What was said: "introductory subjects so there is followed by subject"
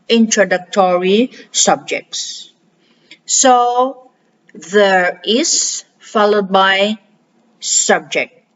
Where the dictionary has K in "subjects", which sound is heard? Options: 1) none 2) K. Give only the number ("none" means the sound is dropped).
2